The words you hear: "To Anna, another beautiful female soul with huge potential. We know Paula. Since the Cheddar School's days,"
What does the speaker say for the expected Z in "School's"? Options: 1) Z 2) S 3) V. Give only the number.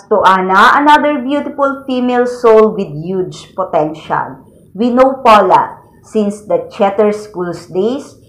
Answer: 2